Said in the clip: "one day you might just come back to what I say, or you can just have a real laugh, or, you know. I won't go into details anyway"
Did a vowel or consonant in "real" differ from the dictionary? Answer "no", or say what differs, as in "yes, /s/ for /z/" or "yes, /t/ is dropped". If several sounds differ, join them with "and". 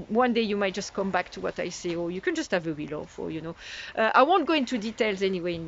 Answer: yes, /w/ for /ɹ/